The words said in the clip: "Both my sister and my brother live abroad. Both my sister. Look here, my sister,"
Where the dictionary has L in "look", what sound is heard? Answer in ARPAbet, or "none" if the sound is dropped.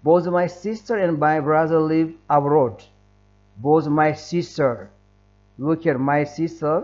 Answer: W